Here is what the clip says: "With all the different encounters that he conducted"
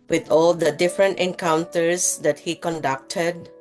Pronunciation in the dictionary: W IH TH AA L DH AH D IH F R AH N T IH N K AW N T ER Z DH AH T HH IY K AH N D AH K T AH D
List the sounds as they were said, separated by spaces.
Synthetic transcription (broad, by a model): W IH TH AA L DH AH D IH F R AH N T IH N K AW N T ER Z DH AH T HH IY K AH N D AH K T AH D